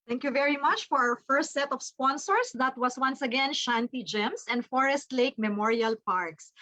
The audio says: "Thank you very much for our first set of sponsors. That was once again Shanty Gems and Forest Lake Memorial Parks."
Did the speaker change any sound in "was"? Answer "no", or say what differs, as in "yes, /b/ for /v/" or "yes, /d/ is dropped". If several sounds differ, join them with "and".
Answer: yes, /s/ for /z/